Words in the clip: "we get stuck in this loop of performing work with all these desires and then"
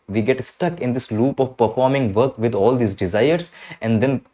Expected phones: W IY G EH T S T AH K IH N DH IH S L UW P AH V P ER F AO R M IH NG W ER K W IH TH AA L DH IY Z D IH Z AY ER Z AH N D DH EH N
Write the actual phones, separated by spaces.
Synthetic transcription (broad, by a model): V IY G EH T S T AH K IH N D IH S L UW P AH V P ER F AO R M IH NG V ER K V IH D AA L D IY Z D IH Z AY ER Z AH N D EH N